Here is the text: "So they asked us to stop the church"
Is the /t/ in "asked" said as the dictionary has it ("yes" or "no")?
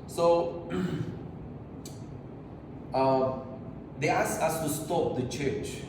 no